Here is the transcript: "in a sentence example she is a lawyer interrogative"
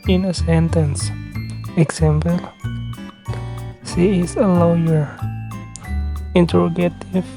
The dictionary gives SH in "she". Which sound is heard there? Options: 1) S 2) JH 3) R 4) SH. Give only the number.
1